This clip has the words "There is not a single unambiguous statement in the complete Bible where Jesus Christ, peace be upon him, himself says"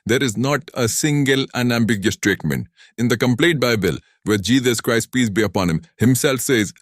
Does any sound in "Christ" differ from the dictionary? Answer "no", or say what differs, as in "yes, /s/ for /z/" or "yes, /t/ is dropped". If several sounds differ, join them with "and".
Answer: no